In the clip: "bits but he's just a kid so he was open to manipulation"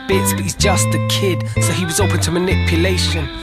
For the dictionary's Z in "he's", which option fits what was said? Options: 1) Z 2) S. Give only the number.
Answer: 1